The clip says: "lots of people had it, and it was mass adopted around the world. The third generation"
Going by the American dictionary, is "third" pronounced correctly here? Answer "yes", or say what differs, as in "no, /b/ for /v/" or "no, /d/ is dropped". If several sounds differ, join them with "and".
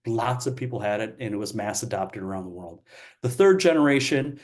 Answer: yes